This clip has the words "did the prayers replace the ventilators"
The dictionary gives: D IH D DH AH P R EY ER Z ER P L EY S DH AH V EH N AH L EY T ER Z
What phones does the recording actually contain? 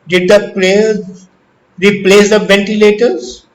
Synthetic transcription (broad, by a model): D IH D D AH P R EY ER IY P L EY S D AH V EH N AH L EY T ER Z